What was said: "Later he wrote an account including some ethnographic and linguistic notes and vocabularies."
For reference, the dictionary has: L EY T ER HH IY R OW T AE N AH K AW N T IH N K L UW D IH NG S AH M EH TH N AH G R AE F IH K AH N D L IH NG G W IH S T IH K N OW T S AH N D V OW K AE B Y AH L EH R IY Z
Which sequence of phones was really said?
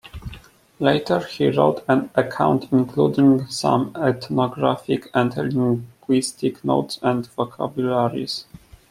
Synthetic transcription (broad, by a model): L EY T ER HH IY R OW T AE N AH K AW N T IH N K L UW D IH NG S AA M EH T N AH G R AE F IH K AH N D L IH NG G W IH S T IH K N OW T S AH N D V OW K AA B Y L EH R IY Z